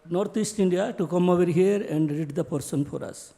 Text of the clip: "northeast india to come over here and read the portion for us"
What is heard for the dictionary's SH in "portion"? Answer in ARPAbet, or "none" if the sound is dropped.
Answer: S